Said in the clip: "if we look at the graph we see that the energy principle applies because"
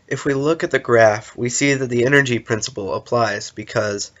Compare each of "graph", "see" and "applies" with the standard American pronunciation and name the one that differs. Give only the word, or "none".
none